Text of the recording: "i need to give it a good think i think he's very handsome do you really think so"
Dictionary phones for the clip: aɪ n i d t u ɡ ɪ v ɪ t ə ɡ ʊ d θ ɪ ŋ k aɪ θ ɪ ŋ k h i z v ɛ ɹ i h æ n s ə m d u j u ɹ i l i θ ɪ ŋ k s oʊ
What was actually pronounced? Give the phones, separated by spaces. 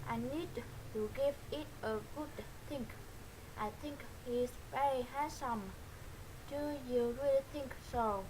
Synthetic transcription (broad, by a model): aɪ n i d t u ɡ ɪ v ɪ t ə ɡ ʊ d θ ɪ ŋ k aɪ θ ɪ ŋ k h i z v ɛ ɹ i h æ s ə m d u j u ɹ i l i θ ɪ ŋ k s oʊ